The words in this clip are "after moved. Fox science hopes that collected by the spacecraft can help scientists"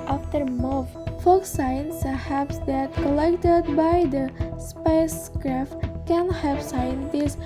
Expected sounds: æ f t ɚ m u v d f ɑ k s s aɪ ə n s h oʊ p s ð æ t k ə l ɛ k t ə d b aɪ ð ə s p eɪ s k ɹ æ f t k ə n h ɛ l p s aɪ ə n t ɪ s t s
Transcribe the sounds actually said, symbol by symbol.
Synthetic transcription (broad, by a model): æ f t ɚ m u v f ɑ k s s aɪ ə n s h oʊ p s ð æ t k ə l ɛ k t ə d b aɪ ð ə s p eɪ s k ɹ æ f t k ə n h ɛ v s aɪ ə n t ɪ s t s